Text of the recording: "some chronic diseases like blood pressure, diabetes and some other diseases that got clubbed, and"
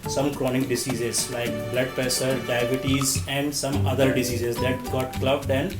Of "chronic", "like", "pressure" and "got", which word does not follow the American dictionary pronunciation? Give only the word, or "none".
pressure